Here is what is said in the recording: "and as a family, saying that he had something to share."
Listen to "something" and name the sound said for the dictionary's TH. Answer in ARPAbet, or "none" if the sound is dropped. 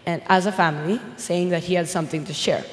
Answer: TH